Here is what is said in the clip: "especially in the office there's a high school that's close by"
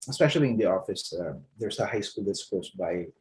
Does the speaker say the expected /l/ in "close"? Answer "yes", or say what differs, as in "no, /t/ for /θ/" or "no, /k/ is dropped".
no, /l/ is dropped